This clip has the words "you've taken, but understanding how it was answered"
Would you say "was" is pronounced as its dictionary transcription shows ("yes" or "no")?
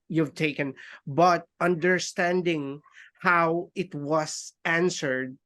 no